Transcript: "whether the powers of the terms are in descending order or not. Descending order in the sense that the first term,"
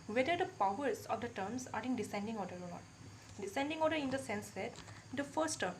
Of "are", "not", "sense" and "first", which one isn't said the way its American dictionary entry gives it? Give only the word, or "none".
none